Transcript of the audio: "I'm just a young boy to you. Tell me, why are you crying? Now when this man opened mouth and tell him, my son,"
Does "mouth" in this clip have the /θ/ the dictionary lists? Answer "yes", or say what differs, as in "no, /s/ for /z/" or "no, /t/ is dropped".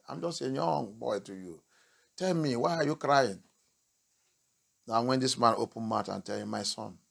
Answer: no, /t/ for /θ/